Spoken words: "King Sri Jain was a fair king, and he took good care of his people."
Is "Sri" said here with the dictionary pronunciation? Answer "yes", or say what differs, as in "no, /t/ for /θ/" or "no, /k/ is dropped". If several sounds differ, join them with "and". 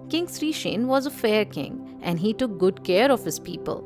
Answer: yes